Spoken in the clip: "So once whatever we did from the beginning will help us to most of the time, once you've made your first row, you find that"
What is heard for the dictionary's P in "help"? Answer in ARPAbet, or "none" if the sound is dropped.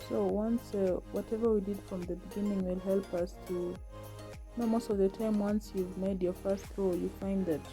P